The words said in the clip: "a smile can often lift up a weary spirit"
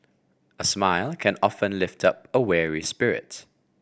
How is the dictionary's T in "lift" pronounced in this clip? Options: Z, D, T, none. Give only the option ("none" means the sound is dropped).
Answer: T